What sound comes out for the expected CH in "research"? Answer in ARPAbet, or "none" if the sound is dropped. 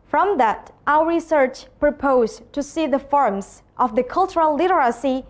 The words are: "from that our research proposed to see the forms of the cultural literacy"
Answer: CH